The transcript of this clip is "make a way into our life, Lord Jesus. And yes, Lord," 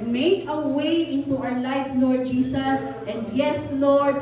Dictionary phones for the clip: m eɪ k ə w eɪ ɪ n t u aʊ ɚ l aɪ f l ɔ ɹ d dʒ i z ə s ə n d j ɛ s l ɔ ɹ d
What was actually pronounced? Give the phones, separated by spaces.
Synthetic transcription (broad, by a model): m eɪ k ə w eɪ ɪ n t u aʊ ɚ l aɪ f l ɔ ɹ d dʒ i s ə s ə n d j ɛ s l ɔ ɹ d